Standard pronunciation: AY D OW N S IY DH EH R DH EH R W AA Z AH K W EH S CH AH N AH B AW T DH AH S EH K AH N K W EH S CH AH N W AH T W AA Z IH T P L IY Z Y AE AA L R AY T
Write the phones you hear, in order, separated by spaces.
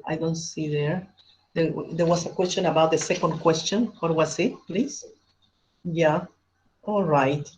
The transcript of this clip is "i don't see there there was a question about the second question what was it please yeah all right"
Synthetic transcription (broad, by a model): AY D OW N S IY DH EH R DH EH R W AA S AH K W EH S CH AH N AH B AW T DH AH S EH K AH N K W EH S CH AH N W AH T W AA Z IH T P L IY S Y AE AA L R AY T